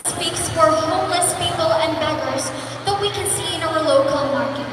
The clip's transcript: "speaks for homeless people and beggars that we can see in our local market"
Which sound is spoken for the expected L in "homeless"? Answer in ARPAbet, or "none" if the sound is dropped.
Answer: L